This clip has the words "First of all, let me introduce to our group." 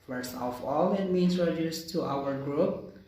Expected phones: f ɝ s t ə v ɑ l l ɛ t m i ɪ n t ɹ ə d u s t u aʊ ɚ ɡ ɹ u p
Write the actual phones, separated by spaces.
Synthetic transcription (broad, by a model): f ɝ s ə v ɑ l l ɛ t m i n s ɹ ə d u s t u aʊ ɚ ɡ ɹ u p